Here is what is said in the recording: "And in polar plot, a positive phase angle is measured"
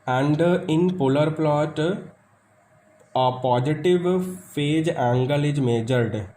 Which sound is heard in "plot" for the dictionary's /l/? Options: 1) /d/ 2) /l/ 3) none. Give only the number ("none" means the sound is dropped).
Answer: 2